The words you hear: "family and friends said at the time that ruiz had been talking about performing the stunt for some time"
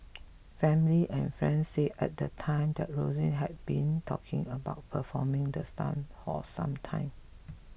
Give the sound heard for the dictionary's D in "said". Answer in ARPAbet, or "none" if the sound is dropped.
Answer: none